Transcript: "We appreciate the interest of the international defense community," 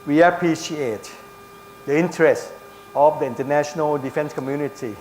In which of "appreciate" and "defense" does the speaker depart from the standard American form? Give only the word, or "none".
none